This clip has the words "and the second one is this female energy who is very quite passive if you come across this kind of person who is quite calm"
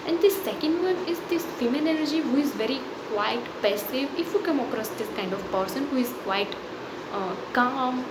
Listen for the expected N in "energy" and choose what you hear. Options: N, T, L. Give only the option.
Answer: L